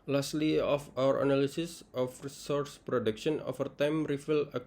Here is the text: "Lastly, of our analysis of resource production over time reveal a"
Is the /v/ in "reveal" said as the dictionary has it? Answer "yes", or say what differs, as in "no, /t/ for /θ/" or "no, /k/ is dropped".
no, /f/ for /v/